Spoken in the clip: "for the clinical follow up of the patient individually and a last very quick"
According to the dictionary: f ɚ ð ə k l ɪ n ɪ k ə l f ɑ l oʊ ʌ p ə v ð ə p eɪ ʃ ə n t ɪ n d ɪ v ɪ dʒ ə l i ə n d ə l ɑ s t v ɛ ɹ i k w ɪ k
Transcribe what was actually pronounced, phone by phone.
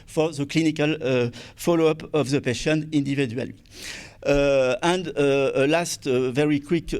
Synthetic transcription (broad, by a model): f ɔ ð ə k l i n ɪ k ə l f ɑ l oʊ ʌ p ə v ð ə p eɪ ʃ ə n ɪ n d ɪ v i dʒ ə l i ə n d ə l ɑ s t v ɛ ɹ i k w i k